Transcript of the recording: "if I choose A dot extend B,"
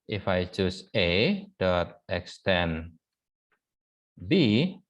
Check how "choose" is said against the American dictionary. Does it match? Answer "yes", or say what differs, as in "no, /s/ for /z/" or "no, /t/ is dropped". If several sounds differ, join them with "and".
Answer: no, /s/ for /z/